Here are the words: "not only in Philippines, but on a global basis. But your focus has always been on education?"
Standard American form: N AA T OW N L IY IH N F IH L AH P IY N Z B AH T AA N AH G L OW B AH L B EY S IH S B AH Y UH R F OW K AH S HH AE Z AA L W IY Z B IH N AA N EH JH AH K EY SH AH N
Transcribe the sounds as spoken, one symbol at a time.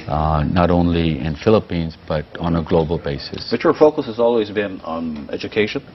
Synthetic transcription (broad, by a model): N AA T OW N L IY IH N F IH L AH P IY N Z B AH T N AH G L OW B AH L B EY S IH S B AH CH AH R F OW K AH S HH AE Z AA L W IY Z B IH N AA N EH JH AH K EY SH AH N